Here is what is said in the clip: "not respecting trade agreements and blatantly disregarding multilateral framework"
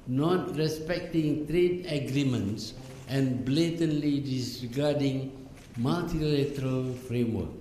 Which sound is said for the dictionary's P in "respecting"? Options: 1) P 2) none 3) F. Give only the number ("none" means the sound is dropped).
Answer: 1